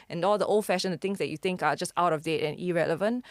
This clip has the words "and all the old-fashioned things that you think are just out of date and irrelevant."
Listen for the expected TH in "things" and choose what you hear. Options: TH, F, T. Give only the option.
T